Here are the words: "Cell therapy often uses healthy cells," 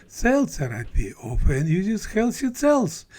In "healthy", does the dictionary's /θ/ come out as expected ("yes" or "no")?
no